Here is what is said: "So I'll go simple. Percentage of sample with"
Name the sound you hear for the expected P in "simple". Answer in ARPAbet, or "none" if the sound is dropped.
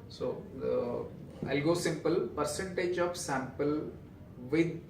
P